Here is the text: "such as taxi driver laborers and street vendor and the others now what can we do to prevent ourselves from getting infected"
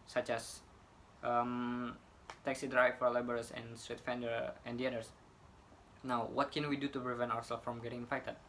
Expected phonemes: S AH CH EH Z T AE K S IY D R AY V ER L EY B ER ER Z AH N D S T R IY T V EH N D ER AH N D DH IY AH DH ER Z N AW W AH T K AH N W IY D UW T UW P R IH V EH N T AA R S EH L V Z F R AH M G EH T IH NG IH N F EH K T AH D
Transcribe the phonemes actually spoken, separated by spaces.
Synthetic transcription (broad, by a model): S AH CH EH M T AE K S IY D R AY F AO L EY B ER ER S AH N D S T R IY T F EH N D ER AH N D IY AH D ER S N AW W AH T K AH N W IY D UW T UW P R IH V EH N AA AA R S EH L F R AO M G EH T IH NG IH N F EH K T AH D